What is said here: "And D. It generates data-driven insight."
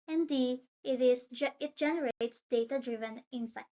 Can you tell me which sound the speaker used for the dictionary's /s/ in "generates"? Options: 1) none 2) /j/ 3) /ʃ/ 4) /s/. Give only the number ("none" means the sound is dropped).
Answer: 4